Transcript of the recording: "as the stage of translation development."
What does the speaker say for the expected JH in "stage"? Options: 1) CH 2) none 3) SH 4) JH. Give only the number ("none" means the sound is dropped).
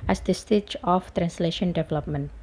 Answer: 1